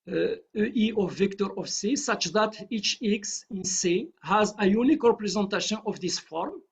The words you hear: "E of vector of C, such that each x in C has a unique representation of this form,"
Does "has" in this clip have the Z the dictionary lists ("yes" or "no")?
yes